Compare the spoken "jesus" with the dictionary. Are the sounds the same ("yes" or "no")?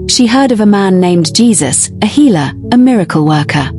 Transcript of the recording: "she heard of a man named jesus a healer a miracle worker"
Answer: yes